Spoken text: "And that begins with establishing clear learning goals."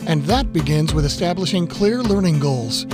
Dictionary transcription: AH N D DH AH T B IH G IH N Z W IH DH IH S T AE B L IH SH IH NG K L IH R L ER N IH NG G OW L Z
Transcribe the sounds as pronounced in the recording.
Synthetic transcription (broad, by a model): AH N DH AH T B IH G IH N Z W IH DH IH S T AE B L IH SH IH NG K L IH R L ER N IH NG G OW L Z